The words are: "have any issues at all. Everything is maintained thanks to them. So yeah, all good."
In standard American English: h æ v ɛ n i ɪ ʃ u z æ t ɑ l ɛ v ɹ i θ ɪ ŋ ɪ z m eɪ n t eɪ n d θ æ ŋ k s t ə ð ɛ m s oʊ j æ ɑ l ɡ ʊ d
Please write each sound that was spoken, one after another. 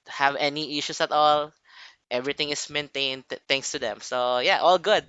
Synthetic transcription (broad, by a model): h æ v ɛ n i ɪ ʃ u s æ t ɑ l ɛ v ɹ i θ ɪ ŋ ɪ s m eɪ n t eɪ n d t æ ŋ k s t ə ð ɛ m s oʊ j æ ɑ l ɡ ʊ d